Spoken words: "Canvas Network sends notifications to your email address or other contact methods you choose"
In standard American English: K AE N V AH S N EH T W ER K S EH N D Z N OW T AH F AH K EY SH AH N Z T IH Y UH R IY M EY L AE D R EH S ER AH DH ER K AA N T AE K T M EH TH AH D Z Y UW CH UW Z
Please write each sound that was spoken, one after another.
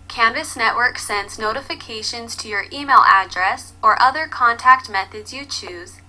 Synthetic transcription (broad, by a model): K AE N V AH S N EH T W ER K S EH N D Z N OW T AH F AH K EY SH AH N Z T IH Y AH R IY M EY L AE D R EH S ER AH DH ER K AA N T AE K T M EH TH AH D Z Y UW CH UW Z